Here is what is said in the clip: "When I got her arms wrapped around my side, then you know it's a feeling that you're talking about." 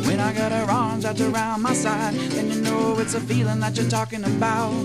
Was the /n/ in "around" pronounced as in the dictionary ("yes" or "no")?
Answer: yes